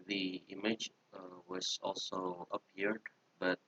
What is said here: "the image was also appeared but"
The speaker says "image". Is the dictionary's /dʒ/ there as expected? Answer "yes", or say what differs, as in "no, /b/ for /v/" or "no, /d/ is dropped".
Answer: yes